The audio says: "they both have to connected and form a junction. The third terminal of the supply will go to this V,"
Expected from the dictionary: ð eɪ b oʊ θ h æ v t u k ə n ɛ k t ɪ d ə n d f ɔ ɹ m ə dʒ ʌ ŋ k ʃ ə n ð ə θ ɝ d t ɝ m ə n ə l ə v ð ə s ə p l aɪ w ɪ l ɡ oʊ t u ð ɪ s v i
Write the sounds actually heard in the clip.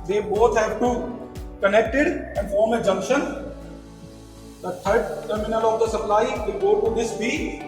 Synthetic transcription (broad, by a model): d eɪ b oʊ t h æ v t u k ə n ɛ k t ɪ d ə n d f ɔ ɹ m ə dʒ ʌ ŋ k ʃ ə n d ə t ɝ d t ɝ m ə n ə l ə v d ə s ə p l aɪ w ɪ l ɡ oʊ t u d ɪ s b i